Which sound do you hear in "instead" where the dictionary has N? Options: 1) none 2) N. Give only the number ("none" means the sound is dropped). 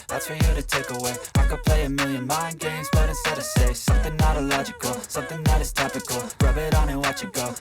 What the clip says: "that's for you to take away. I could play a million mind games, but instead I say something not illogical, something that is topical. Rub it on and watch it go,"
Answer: 1